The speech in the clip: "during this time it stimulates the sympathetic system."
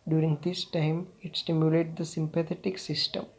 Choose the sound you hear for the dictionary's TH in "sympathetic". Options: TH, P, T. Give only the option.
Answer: T